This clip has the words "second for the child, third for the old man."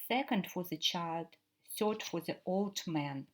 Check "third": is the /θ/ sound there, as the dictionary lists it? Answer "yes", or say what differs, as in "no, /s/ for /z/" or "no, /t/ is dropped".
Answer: no, /s/ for /θ/